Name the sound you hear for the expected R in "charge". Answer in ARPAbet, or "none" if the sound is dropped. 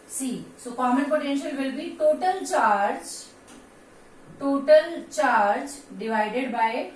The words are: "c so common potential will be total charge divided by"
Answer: R